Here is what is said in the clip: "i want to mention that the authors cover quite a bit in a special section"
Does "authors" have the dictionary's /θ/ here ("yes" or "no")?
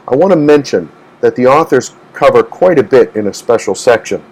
yes